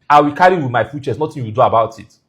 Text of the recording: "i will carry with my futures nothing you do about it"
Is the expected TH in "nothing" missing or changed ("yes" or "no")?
yes